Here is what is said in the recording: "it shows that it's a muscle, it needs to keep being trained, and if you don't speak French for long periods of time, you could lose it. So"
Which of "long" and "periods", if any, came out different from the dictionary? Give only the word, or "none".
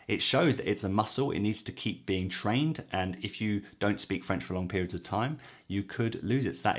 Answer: none